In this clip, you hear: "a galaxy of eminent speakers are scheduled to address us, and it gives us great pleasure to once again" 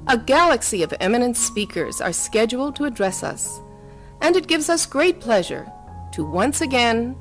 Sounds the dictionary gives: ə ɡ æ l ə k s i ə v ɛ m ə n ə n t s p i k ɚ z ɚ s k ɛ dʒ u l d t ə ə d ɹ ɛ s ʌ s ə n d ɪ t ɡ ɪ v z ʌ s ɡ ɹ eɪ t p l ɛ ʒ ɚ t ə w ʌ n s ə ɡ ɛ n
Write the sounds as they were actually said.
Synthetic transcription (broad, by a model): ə ɡ æ l ə k s i ə v ɛ m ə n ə n t s p i k ɚ z ɚ s k ɛ dʒ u l t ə ə d ɹ ɛ s ʌ s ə n ɪ t ɡ ɪ v z ʌ s ɡ ɹ eɪ t p l ɛ ʒ ɚ t ə w ʌ n s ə ɡ ɛ n